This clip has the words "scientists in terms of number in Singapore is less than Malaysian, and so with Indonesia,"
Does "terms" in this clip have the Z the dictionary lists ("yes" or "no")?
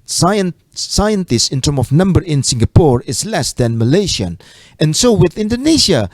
no